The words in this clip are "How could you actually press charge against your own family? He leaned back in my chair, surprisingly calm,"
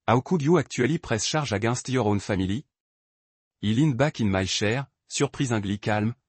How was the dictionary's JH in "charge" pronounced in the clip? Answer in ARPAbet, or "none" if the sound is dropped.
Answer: ZH